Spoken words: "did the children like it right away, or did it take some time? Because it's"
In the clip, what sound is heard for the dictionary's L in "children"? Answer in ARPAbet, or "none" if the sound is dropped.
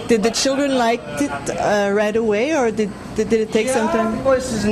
L